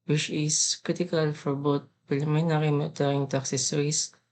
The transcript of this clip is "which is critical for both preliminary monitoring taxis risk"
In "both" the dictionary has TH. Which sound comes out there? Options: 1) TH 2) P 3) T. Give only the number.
3